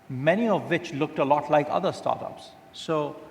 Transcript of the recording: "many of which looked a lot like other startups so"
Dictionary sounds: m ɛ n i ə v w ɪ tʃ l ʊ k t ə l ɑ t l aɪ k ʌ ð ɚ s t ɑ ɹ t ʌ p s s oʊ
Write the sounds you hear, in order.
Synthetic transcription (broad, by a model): m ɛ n i ə v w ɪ tʃ l ʊ k t ə l ɑ t l aɪ k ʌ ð ɚ s t ɑ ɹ t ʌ p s s oʊ